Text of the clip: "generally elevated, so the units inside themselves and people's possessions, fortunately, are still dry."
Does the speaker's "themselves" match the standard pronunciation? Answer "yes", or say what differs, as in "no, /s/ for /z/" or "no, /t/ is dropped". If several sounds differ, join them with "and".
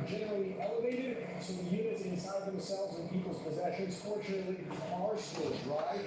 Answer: yes